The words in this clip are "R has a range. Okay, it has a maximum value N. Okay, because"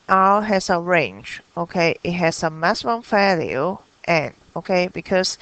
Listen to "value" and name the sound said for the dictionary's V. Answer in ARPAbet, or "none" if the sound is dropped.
F